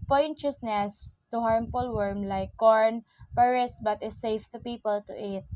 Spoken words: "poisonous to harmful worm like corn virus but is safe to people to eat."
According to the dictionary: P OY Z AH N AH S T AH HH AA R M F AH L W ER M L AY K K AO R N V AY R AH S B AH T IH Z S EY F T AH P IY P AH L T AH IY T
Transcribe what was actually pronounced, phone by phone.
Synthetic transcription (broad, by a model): P OY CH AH N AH S T AH HH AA R M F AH L W ER M L AY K K AO R N P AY R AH S B AH T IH S EY F T AH P IY P AH L T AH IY T